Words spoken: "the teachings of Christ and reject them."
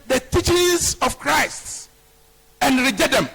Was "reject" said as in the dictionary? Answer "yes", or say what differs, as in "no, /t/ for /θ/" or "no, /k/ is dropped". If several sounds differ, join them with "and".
no, /k/ is dropped